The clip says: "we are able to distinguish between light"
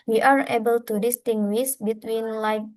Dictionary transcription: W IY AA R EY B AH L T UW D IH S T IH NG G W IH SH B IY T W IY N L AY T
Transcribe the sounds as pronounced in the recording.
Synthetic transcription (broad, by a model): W IY AA R EY B AH L T UW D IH S T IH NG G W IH S B IY T W IY N L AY